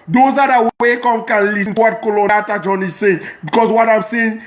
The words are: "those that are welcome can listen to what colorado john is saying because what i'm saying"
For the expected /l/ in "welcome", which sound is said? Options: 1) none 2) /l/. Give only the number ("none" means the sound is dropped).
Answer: 1